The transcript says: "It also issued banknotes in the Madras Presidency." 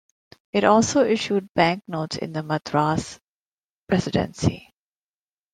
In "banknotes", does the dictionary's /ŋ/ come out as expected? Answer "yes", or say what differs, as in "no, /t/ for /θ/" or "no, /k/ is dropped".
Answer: yes